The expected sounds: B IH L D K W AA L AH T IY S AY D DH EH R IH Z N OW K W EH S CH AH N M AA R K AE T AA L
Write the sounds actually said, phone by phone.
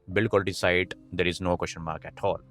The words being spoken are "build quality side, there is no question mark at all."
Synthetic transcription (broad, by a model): B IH L K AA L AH T IY S AY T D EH R IH Z N OW K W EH SH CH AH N M AA R K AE T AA L